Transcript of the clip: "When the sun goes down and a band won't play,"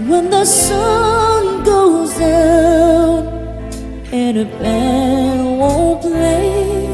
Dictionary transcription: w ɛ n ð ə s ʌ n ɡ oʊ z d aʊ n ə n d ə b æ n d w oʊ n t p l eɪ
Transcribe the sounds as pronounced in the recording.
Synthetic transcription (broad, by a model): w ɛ n ð ə s ʌ n ɡ oʊ z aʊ ə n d ə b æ d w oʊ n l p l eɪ